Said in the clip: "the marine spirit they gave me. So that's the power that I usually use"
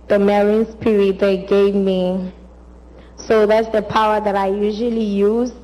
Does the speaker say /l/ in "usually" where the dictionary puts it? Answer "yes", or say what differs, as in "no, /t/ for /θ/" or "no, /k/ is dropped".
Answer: yes